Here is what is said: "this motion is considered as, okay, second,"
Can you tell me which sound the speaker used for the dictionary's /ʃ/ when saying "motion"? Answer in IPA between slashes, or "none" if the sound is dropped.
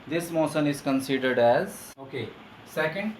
/s/